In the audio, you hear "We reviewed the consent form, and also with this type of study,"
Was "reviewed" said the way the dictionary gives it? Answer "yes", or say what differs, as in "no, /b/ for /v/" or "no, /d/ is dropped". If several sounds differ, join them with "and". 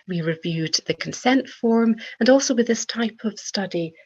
yes